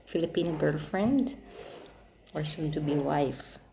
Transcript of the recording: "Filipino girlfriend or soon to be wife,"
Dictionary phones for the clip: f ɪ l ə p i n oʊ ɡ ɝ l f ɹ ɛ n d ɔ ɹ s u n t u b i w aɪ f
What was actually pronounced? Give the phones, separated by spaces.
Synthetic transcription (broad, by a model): f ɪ l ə p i n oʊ ɡ ɝ l f ɹ ɛ n d ɔ ɹ s u n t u b i w aɪ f